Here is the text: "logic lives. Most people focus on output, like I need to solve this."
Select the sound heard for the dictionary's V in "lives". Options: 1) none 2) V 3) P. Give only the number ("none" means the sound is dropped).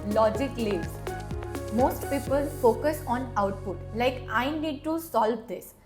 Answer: 1